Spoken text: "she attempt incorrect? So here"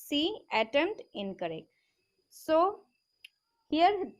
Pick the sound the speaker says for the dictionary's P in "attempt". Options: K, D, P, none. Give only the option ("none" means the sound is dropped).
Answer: none